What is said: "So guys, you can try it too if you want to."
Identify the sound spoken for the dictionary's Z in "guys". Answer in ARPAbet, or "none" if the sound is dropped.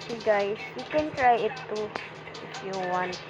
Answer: S